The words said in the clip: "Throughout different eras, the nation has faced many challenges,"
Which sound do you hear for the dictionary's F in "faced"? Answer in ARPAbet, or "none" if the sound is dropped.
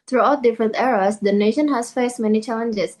F